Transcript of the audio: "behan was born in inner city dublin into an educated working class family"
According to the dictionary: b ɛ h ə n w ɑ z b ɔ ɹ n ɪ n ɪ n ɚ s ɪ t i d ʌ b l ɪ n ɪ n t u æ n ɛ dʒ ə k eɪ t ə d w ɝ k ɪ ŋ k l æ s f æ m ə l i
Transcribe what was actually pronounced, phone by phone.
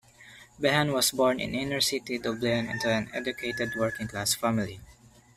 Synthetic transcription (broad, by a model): b ɛ h ə n w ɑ s b ɔ ɹ n ɪ n ɪ n ɚ s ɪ t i d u b l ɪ n ɪ n t u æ n ɛ dʒ ə k eɪ t ə d w ɝ k ɪ ŋ k l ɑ s f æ m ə l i